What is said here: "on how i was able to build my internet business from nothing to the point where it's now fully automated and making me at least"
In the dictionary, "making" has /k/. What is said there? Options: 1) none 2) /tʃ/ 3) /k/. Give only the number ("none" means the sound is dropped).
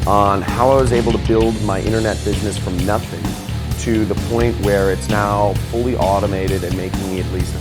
1